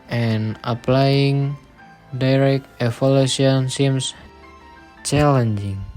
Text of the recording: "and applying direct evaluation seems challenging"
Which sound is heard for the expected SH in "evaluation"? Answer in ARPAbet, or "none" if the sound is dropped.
none